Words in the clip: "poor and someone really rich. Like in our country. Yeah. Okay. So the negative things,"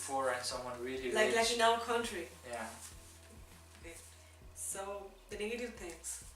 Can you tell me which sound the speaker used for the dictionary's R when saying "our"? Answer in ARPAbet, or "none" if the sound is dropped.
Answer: L